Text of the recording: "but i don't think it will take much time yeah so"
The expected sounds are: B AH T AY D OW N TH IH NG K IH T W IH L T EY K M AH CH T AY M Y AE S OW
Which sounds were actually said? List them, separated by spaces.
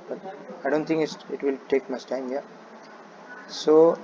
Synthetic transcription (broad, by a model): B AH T AY D OW N T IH NG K IH T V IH L T EY K M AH S T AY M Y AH S OW